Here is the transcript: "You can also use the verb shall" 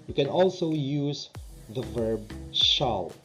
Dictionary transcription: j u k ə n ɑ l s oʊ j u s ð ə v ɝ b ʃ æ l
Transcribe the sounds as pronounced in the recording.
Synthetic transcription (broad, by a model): j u k ə n ɑ l s oʊ j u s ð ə v ɝ b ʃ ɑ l